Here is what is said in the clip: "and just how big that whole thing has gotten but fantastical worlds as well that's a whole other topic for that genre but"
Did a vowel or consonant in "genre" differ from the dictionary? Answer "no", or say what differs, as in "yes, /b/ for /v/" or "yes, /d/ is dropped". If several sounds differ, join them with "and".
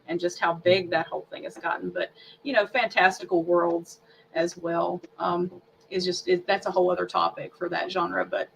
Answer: no